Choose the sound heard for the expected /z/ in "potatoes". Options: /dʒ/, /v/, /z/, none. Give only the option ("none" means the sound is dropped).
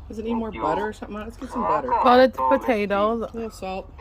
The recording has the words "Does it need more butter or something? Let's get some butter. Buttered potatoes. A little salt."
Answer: none